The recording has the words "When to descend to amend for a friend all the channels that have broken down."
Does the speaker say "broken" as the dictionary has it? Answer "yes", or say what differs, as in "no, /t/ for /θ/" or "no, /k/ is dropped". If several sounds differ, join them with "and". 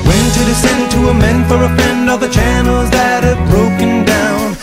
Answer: yes